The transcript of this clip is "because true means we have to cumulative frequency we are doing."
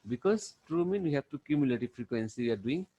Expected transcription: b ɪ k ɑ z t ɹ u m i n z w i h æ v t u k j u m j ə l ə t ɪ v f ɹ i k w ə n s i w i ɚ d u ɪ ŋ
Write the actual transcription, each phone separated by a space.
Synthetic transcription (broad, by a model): b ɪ k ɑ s t ɹ u m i n w i h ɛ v t u k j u m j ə l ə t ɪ f ɹ i k w ə n s i w i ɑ d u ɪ ŋ